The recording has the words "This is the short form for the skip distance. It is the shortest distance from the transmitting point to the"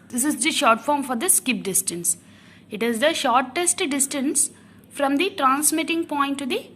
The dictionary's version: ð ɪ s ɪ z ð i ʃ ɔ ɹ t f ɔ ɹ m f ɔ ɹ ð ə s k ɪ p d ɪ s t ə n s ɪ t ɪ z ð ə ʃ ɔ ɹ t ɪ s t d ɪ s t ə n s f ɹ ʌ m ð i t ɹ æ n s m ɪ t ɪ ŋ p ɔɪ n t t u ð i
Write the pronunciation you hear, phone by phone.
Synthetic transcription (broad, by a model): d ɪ s ɪ z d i ʃ ɔ ɹ t f ɔ ɹ m f ɔ ɹ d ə s k ɪ p d ɪ s t ə n s ɪ t ɪ z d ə ʃ ɔ ɹ t ɪ s t d ɪ s t ə n s f ɹ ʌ m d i t ɹ æ n s m ɪ t ɪ ŋ p ɔɪ n t t u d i